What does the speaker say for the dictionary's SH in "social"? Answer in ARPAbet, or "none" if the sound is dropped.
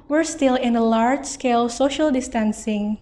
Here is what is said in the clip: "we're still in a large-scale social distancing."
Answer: SH